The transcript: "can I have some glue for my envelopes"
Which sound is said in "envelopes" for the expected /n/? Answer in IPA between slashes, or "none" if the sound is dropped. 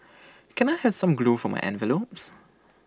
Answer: /n/